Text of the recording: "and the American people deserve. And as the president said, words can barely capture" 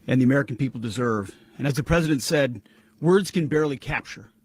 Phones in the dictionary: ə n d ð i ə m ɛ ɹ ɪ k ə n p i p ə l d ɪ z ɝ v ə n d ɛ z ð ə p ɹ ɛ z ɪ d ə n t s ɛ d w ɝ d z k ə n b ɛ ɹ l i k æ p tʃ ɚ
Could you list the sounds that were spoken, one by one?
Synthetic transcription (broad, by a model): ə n ð i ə m ɛ ɹ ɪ k n p i p l d ɪ z ɝ v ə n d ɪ z ð ə p ɹ ɛ z ɪ d ə n t s ɛ d w ɝ d z k ə n b ɛ ɹ l i k æ p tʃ ɚ